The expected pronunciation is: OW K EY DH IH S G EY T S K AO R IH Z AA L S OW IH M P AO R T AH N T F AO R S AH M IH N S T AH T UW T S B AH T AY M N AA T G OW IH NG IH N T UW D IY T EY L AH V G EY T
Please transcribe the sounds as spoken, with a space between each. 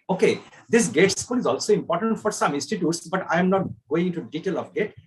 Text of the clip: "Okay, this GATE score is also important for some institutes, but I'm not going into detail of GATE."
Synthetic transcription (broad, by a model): OW K EY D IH S G EY T S K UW L IH Z AA L S OW IH M P AO R T AH N T F AO R S AH M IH N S T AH T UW T S B AH T AY M N AA T G OW IH NG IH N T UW D IY T EY L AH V G EY T